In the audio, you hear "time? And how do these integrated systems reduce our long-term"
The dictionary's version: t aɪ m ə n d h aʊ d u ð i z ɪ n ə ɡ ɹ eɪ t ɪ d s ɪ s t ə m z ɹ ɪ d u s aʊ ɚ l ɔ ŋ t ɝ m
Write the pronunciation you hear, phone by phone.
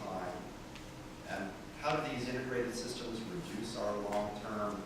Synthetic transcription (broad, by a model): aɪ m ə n h aʊ d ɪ ð i z ɪ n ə ɡ ɹ eɪ t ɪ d s ɪ s t ə m z ɹ ɪ d u s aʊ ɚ l ɔ ŋ t ɝ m